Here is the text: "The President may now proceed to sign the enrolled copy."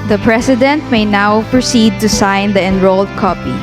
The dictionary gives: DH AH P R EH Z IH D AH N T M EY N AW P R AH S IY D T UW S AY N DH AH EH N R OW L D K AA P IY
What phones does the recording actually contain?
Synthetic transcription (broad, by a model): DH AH P R EH S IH D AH N T M EY N AW P R AH S IY D T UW S AY N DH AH EH N R OW L D K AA P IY